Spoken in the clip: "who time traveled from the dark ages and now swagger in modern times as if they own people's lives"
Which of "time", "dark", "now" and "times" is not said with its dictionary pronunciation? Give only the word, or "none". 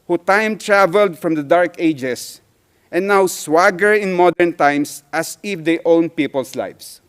times